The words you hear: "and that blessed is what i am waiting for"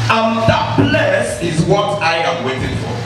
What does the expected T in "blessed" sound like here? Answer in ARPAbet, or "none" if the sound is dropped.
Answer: none